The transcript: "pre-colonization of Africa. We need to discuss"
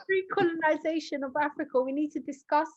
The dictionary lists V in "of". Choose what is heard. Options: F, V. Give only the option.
V